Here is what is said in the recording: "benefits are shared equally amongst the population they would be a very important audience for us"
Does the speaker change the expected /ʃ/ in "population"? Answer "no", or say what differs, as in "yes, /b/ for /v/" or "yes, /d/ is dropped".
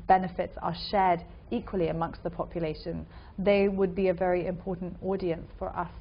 no